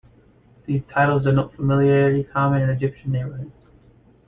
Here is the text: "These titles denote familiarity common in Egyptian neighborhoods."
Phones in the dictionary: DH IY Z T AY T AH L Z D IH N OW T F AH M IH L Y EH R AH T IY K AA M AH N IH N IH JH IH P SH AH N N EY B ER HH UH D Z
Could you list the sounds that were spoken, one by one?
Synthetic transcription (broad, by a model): DH IY Z T AY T L Z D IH N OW T F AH M IH L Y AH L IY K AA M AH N IH N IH JH IH P SH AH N N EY IH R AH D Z